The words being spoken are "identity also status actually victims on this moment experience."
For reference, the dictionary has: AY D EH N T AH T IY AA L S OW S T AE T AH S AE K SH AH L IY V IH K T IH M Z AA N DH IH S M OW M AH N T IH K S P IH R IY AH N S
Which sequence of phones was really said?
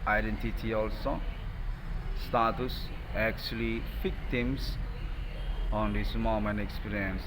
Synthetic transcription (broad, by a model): AY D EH N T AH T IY AA L S OW S T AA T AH S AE K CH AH L IY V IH K T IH M S AA N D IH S M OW M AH N IH K S P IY R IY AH N S